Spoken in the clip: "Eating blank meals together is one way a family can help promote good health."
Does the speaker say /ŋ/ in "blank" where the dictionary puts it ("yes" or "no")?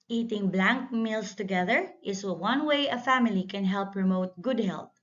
yes